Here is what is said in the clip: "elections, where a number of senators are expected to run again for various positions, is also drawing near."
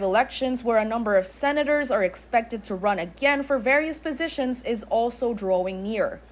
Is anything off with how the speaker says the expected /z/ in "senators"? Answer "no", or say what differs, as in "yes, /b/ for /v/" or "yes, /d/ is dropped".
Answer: no